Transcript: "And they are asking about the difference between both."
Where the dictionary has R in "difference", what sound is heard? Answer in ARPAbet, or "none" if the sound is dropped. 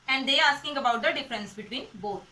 R